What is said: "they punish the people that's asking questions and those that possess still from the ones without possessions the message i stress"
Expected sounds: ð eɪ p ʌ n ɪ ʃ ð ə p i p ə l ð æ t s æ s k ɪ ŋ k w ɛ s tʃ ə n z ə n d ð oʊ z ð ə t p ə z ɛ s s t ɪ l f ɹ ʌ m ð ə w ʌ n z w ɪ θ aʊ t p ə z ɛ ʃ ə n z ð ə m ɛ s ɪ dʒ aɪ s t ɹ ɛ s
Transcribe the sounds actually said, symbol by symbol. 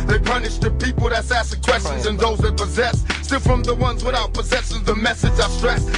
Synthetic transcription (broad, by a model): ð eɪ p ʌ n ɪ ʃ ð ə p i p l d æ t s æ s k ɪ k w ɛ s tʃ ə n z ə n ð oʊ z ð ə t p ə z ɛ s s t ɪ l f ɹ ʌ m ð ə w ʌ n z w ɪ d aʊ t p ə z ɛ s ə z ð ə m ɛ s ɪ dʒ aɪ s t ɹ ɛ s